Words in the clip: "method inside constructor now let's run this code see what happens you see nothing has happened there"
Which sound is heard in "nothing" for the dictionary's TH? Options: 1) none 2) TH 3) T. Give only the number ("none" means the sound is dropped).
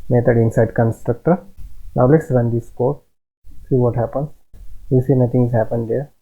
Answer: 3